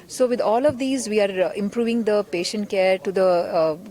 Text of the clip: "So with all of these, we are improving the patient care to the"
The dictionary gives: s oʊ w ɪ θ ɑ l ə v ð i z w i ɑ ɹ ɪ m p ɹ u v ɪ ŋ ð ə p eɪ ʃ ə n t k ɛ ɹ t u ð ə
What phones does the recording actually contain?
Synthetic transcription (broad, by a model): s oʊ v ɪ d ɑ l ə v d i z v i ɑ ɹ ɪ m p ɹ u v ɪ ŋ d ə p eɪ ʃ ə n t k ɛ ɹ t u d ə